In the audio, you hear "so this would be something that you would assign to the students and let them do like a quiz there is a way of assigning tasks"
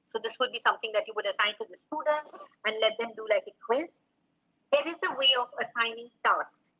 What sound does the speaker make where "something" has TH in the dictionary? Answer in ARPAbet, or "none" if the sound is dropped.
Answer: T